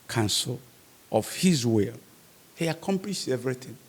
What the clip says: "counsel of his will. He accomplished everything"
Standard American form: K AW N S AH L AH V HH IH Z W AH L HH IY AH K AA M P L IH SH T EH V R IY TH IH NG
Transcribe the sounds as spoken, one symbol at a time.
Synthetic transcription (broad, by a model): K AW N S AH L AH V HH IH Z W AH L HH IY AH K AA M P L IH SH EH V R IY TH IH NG